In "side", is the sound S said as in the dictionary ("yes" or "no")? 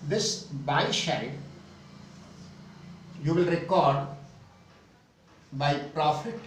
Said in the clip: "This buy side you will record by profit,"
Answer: no